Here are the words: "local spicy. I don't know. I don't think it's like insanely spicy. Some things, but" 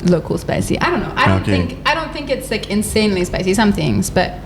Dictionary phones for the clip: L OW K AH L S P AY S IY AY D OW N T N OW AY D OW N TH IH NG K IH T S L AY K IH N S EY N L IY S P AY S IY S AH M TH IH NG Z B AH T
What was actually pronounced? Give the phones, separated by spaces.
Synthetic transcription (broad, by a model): L OW K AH L S P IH S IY AY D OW N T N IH AY D OW N TH IH NG K IH T S L AY K IH N S EY N L IY S P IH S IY S AH M TH IH NG Z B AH T